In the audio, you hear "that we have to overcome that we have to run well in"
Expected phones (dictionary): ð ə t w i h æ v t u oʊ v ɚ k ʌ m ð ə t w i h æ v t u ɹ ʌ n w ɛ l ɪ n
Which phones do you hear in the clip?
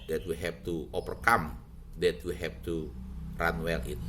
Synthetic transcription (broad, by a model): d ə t w i h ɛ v t u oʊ p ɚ k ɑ m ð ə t w i h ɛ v t u ɹ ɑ n w ɛ l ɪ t